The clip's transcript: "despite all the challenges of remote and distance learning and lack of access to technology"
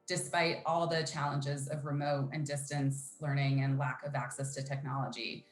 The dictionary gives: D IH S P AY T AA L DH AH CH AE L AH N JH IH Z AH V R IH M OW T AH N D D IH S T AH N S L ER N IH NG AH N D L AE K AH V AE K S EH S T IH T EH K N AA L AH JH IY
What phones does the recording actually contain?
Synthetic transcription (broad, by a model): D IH S P AY T AA L DH AH CH AE L AH N JH IH Z AH V R IH M OW T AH N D D IH S T AH N S L ER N IH NG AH N L AE K AH V AE K S EH S T IH T EH K N AA L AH JH IY